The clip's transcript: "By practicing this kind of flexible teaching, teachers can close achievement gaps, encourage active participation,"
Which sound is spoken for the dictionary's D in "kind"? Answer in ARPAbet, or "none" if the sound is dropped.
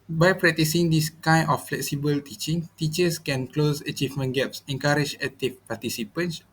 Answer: none